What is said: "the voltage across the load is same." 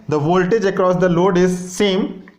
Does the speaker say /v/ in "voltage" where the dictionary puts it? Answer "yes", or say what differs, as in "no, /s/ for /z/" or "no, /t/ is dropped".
yes